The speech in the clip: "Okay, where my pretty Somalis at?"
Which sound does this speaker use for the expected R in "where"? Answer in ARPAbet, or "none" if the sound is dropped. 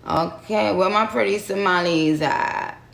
L